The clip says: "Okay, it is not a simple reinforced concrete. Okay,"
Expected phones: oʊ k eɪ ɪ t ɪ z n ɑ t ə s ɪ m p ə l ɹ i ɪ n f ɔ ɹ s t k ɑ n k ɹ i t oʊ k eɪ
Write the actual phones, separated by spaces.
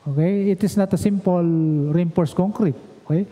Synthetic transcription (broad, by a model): oʊ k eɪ ɪ t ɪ s n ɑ t ə s ɪ m p ə l ɹ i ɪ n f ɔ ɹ s k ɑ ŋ k ɹ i t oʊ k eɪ